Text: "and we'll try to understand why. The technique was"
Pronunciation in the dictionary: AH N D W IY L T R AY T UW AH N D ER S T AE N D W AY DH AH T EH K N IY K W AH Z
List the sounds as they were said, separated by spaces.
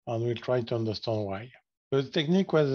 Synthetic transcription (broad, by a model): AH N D W IY L T R AY T UW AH N D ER S T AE N D W AY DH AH T EH K N IY K W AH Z